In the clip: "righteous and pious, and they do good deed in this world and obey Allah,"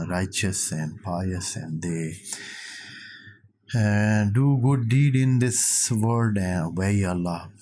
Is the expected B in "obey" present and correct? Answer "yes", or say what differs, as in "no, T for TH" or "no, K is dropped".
no, B is dropped